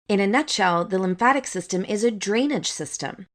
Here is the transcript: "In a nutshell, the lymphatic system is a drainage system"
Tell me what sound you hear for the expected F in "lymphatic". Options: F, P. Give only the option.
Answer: F